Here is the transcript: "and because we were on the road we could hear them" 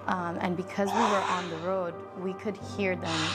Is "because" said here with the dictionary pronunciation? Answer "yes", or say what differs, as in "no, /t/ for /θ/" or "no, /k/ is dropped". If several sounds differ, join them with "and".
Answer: yes